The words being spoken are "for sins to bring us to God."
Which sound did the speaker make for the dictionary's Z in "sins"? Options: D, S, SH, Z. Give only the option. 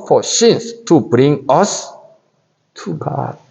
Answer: S